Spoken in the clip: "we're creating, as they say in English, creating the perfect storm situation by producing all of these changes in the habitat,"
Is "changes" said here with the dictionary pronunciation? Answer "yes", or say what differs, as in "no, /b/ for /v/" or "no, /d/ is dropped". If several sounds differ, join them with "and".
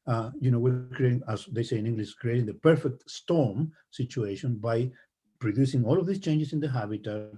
no, /s/ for /z/